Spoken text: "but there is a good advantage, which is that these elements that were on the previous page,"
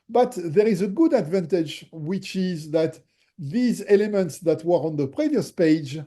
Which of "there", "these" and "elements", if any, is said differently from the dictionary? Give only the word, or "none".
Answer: none